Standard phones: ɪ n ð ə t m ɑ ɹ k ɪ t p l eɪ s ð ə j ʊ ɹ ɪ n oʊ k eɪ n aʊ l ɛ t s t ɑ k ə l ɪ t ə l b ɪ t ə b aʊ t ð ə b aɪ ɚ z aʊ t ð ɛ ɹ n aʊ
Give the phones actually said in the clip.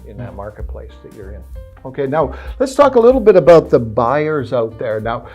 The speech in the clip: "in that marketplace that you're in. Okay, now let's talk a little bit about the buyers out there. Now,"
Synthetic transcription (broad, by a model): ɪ n ð ə t m ɑ ɹ k ɪ t p l eɪ s ð ə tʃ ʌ ɹ ɪ n oʊ k eɪ n aʊ l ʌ t s t ɑ k ə l ɪ t l b ɪ t ə b aʊ t ð ə b aɪ ɚ z aʊ t ð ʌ ɹ n aʊ